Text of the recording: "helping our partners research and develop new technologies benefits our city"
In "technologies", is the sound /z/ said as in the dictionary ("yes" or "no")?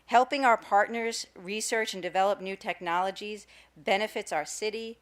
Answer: yes